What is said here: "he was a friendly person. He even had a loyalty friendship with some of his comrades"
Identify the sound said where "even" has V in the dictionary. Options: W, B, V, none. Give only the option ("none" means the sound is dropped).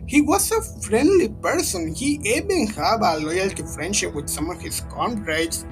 B